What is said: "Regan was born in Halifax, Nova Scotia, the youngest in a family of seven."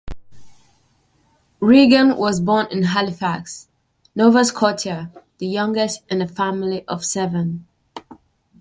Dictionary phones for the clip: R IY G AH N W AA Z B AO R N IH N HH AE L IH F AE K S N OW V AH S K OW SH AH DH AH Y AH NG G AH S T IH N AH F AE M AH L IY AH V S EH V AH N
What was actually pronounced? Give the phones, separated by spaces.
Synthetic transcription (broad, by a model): R IY G AH N W AA Z B AO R N IH N HH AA L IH F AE K S N OW V AH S K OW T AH DH AH Y AH NG G AH S T IH N AH F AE M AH L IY AH V S EH V AH N